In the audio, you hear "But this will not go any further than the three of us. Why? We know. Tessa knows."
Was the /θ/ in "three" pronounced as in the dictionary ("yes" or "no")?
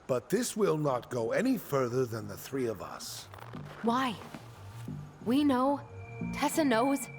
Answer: yes